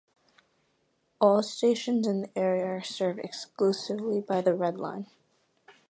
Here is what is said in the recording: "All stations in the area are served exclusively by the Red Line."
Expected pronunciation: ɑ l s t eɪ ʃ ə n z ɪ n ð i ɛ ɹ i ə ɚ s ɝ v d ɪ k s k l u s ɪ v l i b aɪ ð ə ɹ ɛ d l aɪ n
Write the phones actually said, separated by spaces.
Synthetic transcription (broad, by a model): ɑ l s t eɪ ʃ ə n z ɪ n ð i ɛ ɹ i ə ɚ s ɝ v d ɪ k s k l u s ɪ v l i b aɪ ð ə ɹ ɛ d l aɪ n